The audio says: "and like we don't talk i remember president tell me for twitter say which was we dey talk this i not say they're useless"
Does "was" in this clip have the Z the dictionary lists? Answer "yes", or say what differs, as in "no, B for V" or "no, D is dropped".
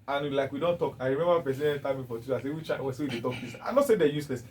no, S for Z